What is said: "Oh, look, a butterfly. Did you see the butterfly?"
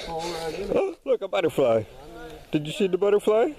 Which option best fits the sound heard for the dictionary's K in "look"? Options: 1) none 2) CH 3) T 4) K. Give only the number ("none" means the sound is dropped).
4